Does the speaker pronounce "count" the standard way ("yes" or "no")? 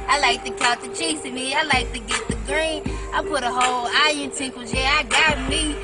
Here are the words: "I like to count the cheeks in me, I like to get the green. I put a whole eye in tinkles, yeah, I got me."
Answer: no